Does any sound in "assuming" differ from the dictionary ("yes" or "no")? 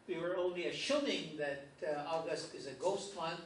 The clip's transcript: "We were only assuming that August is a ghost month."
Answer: yes